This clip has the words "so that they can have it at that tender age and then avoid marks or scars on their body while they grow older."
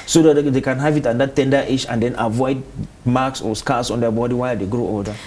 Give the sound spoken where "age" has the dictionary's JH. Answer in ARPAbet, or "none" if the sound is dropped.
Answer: SH